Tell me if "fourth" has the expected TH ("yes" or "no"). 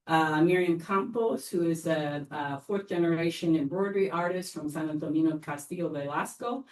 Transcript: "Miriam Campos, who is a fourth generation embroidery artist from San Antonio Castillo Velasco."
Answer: yes